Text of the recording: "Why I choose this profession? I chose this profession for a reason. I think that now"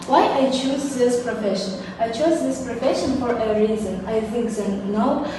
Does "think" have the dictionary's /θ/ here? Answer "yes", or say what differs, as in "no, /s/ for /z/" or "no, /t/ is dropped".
no, /f/ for /θ/